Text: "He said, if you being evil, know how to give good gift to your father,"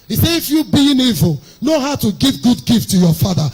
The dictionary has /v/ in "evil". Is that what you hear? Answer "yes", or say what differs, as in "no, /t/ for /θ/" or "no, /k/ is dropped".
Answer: yes